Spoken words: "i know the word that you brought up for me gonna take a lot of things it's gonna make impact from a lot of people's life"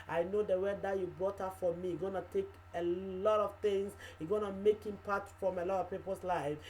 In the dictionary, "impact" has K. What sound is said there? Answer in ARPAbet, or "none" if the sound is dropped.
none